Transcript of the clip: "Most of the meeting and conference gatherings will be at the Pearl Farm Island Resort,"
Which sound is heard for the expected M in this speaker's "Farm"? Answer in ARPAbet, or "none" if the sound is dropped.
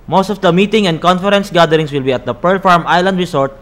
M